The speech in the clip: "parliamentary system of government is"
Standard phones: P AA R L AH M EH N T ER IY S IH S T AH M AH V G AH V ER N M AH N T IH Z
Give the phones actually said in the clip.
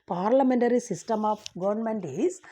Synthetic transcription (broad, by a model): P AA R L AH M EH N T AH IY S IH S T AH M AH P G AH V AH N M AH N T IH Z